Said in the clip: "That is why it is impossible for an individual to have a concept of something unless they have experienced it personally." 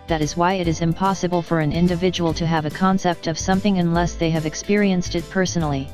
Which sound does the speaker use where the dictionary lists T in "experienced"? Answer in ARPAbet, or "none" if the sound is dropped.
T